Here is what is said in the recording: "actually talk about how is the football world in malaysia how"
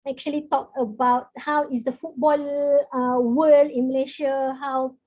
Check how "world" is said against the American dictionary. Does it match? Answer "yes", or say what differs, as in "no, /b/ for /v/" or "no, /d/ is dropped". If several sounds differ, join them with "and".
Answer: no, /d/ is dropped